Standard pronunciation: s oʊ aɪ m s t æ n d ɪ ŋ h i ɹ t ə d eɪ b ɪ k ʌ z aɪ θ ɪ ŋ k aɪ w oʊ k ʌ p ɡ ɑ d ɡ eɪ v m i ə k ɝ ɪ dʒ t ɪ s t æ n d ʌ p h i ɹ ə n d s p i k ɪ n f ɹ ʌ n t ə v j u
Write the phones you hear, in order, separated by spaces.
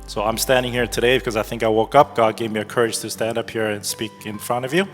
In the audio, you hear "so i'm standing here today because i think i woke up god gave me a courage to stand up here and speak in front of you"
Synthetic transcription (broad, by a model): s oʊ aɪ m s t æ n d ɪ ŋ h i ɹ t ə d eɪ b ɪ k ʌ z aɪ θ ɪ ŋ k aɪ w oʊ k ʌ p ɡ ɑ d ɡ eɪ v m i ə k ɝ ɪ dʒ t ɪ s t æ n d ʌ p h i ɹ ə n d s p i k ɪ n f ɹ ʌ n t ə v j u